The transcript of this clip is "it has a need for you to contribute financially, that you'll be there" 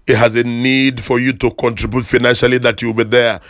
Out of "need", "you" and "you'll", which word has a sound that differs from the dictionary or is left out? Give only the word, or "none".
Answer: you'll